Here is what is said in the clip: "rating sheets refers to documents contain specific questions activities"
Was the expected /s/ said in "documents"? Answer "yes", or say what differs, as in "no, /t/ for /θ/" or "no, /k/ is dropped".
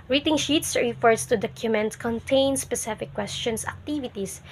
no, /s/ is dropped